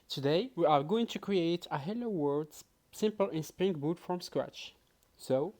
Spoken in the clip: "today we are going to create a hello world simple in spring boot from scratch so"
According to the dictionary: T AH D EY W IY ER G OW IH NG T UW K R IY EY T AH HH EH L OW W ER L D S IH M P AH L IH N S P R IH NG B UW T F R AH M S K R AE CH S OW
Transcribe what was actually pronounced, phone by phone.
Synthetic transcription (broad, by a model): T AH D EY W IY ER G OW IH NG T UW K R IY EY T AH HH EH L OW W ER D S IH M P AH L IH N S P R IH NG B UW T F R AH M S K R AE CH S OW